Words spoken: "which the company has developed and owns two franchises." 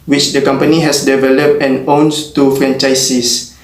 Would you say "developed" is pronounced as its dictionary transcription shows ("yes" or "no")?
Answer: yes